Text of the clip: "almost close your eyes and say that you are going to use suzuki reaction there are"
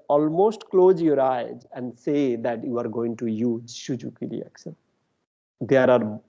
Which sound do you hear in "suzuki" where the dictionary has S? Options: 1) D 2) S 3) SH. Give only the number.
3